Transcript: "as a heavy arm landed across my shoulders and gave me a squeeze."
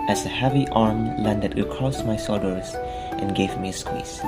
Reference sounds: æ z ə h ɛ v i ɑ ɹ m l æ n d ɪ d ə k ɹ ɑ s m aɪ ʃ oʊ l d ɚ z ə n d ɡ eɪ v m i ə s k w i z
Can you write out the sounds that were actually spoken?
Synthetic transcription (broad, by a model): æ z ə h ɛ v i ɑ ɹ m l æ n d ɪ d ə k ɹ ɑ s m aɪ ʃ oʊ d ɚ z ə n ɡ eɪ v m i ə s k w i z